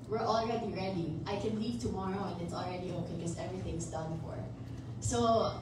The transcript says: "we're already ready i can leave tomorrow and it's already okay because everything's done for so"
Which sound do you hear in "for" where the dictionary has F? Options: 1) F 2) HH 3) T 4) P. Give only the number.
1